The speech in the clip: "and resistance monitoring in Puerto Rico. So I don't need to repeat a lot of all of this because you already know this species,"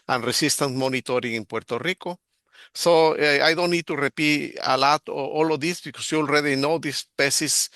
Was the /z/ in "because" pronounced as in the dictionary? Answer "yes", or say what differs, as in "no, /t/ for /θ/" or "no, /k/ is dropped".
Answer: no, /s/ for /z/